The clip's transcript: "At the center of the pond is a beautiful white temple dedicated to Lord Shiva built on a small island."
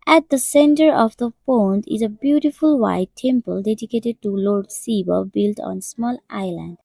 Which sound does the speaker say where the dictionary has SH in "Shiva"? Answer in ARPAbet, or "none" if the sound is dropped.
S